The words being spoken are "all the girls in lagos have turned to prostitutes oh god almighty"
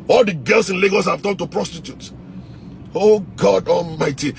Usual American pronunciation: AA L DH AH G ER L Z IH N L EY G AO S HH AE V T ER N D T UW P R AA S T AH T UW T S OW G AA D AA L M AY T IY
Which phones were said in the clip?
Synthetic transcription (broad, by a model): AA L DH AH G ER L S IH N L EY G AO S HH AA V T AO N T UW P R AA S T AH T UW T OW G AA D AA L M AY T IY